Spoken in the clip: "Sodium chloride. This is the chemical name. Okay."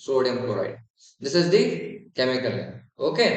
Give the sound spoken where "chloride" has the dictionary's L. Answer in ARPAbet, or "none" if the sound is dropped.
none